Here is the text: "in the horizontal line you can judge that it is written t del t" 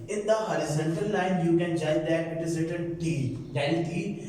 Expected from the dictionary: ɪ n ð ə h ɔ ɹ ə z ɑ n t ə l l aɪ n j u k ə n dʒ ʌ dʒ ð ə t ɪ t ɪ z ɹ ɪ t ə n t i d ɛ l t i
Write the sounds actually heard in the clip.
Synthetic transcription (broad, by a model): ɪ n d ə h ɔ ɹ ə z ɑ n t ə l l aɪ n j u k ə n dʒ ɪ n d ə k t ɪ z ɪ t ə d t i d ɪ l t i